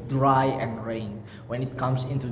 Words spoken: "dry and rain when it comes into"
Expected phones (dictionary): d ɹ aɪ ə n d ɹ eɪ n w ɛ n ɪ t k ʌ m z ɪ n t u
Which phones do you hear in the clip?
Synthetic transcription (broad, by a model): d ɹ aɪ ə n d ɹ eɪ n w ɛ n ɪ t k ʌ m s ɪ n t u